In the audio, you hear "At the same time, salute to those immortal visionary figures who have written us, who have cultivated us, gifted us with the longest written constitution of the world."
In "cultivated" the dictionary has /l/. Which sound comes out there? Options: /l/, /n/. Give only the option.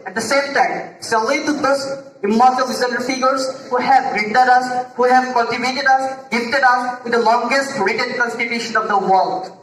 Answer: /n/